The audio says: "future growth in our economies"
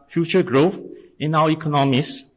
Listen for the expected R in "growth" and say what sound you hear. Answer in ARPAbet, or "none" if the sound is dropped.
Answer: R